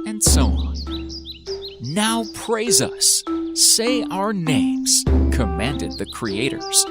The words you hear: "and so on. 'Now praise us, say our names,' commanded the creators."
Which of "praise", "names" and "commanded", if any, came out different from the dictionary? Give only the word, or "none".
none